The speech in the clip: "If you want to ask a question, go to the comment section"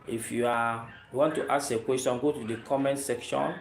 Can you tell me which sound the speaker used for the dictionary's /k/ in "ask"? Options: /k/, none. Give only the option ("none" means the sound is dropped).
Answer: none